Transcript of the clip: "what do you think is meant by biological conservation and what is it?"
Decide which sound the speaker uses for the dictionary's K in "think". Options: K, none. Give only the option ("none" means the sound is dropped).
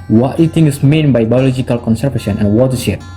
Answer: none